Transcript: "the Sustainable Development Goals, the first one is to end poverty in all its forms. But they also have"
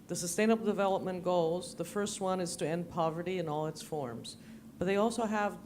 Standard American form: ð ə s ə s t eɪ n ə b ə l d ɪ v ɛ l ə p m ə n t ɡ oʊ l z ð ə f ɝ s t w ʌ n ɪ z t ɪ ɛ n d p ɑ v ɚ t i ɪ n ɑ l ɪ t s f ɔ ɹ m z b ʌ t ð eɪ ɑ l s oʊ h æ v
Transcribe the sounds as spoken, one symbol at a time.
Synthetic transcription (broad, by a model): ð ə s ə s t eɪ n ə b l d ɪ v ɛ l ə p m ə n ɡ oʊ l z ð ə f ɝ s t w ʌ n ɪ z t ɪ ɛ n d p ɑ v ɚ t i ɪ n ɑ l ɪ t s f ɔ ɹ m z b ʌ t ð eɪ ɑ l s oʊ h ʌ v